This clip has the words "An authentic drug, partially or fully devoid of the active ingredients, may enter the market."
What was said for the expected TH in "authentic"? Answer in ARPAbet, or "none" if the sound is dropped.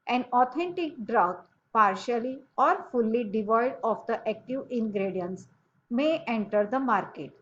T